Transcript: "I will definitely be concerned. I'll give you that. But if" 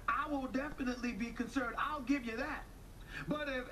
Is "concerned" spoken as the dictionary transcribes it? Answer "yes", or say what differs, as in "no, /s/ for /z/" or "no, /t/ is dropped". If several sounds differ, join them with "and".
yes